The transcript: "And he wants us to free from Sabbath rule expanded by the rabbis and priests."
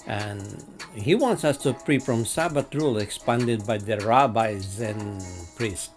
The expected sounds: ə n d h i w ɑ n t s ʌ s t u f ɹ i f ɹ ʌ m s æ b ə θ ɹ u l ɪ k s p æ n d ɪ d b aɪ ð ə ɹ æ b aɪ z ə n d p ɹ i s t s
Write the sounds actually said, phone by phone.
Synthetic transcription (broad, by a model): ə n h i w ɑ n t s ʌ s t u p ɹ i f ɹ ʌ m s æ b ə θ ɹ u l ɪ k s p æ n d ɪ d b aɪ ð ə ɹ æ b aɪ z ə n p ɹ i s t